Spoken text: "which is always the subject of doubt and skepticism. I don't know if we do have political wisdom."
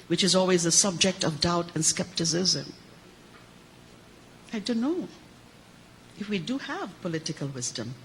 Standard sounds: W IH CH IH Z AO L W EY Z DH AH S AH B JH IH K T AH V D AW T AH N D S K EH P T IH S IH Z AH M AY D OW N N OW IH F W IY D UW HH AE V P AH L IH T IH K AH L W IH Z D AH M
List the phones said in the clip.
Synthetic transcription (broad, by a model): W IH CH IH Z AO L W EY Z DH AH S AH B JH IH K T AH V D AW T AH N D S K EH P T IH S IH Z AH M AY D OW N N OW IH F W IY D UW HH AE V P AH L IH T IH K AH L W IH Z D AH M